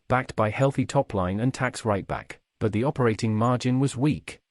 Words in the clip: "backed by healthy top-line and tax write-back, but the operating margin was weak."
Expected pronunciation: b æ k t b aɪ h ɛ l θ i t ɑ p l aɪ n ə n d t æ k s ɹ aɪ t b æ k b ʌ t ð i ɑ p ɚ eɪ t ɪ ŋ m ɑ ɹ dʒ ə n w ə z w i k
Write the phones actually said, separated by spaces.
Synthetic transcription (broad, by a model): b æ k t b aɪ h ɛ l θ i t ɑ p l aɪ n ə n t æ k s ɹ aɪ t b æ k b ʌ t ð i ɑ p ɚ eɪ t ɪ ŋ m ɑ ɹ dʒ ə n w ə z w i k